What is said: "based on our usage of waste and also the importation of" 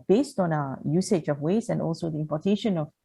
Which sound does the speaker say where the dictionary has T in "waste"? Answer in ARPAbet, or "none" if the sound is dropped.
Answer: none